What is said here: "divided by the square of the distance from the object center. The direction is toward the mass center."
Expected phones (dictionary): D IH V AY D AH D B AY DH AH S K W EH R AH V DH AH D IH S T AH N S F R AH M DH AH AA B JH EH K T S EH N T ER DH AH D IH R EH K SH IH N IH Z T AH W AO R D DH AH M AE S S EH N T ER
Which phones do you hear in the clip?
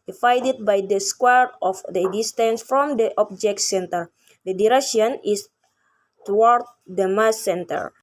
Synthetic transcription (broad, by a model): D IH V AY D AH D B AY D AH S K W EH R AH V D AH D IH S T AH N S F R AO M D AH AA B JH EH K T S EH N T ER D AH D IH R EH K SH IH N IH S T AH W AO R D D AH M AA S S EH N T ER